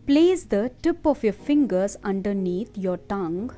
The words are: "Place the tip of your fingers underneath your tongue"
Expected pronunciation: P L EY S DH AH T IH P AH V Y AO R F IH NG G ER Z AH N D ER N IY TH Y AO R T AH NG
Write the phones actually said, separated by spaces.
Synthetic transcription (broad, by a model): P L EY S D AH T IH P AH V Y AO R F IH NG G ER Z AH N D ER N IY T Y AO R T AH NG